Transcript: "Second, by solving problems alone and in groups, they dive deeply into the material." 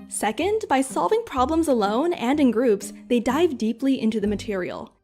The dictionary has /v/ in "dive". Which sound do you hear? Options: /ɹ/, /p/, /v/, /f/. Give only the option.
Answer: /v/